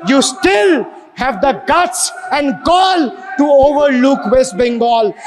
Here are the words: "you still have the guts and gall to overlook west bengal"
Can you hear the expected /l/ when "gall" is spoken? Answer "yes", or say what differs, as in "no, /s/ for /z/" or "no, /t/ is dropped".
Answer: yes